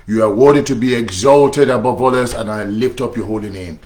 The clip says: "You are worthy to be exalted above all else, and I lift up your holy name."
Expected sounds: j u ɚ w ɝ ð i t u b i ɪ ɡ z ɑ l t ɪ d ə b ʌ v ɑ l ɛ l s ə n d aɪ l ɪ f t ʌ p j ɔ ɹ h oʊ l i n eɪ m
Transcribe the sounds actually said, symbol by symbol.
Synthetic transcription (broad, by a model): j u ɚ w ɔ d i t u b i ɪ ɡ z ɑ l t ɪ d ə b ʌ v ɑ l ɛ s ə n aɪ l ɪ f t ʌ p j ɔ h oʊ l i n eɪ m